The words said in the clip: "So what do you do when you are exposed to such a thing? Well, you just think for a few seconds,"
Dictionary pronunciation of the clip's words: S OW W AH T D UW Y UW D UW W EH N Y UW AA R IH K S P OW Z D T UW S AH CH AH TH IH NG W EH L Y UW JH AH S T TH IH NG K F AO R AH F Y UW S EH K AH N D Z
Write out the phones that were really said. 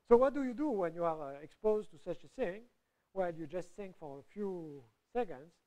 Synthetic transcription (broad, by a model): S OW W AH T D UW Y UW D UW W EH N Y UW AA R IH K S P OW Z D T UW S AH CH AH TH IH NG W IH L Y UW JH AH S T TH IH NG K F AO R AH F Y UW S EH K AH N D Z